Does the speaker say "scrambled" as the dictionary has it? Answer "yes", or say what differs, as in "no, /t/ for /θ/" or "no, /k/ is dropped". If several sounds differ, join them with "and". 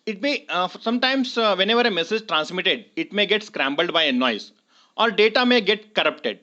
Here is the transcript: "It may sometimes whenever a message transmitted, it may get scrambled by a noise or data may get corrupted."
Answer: yes